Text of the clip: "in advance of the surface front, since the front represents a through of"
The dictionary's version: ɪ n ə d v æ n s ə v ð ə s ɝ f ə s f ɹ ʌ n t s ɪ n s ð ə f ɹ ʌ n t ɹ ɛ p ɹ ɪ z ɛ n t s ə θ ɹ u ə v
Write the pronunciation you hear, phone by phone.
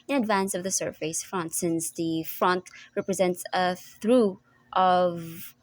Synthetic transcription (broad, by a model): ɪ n ə d v æ n s ə v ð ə s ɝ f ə s f ɹ ʌ n t s ɪ n s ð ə f ɹ ʌ n t ɹ ɛ p ɹ ɪ z ɛ n t s ə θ ɹ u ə v